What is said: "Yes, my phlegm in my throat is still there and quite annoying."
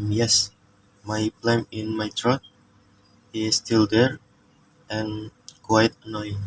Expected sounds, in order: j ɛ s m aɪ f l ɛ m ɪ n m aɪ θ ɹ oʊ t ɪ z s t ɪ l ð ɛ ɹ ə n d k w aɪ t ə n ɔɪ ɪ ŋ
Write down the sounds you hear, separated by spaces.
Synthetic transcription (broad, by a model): j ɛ s m aɪ p l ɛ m ɪ n m aɪ t ɹ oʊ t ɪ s t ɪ l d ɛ ɹ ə n k w aɪ t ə n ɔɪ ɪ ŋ